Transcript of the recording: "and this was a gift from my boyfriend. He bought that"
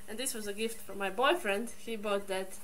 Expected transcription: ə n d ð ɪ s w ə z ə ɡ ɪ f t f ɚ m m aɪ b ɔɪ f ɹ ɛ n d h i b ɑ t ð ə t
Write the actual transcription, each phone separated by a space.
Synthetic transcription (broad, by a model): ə n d ð ɪ s w ə z ə ɡ ɪ f t f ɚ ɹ m aɪ b ɔɪ f ɹ ɛ n d h i b ɑ t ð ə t